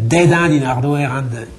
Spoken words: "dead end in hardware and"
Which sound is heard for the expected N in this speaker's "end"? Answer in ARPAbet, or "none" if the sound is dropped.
none